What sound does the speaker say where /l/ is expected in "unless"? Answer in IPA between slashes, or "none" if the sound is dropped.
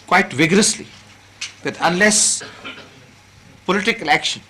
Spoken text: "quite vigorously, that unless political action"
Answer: /l/